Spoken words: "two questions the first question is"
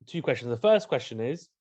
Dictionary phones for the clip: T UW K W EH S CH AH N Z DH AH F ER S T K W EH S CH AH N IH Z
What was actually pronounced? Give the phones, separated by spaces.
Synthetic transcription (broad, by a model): T UW K W EH S CH AH N Z DH AH F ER S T K W EH S CH AH N IH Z